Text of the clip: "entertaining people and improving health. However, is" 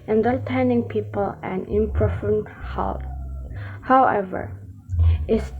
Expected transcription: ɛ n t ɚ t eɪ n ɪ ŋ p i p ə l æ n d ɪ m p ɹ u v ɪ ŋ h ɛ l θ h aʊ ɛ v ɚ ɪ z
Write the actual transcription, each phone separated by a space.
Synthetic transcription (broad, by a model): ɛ n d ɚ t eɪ n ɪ ŋ p i p ə l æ n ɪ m p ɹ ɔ f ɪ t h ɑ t h aʊ ɛ v ɚ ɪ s